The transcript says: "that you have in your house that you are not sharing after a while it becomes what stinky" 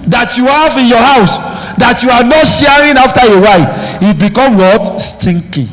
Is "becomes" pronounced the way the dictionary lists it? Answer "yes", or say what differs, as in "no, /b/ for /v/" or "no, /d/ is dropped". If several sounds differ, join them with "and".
no, /z/ is dropped